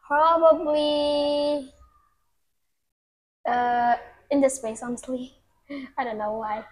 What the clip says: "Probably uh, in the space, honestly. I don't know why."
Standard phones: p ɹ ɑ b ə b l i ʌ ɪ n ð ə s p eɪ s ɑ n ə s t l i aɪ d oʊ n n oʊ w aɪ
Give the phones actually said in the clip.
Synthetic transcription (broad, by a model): p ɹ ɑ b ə b l i ʌ ɪ n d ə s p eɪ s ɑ ə s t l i aɪ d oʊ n n oʊ w aɪ